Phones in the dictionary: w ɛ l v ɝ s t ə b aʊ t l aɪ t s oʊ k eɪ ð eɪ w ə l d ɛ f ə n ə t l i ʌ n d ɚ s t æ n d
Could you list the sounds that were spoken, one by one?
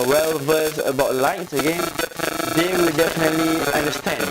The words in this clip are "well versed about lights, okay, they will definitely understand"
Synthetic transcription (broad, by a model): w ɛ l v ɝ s ə b aʊ t l aɪ t s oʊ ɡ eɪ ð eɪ w ə l d ɛ f ə n ə t l i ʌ n d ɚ s t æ n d